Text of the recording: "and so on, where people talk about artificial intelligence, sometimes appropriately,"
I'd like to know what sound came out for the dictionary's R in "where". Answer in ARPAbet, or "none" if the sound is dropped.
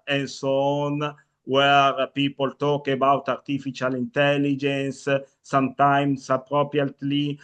R